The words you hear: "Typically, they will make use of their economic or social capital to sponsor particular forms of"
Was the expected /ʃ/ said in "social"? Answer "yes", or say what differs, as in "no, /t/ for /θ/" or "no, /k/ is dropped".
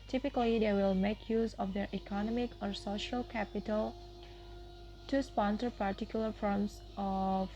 yes